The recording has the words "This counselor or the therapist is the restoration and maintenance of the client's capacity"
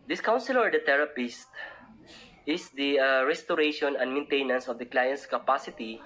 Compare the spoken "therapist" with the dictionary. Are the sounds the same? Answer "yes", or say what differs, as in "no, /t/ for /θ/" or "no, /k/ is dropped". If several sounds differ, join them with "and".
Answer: no, /t/ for /θ/